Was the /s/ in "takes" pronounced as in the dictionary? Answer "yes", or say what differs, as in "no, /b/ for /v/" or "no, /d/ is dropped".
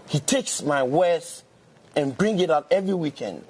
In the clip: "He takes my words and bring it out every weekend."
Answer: yes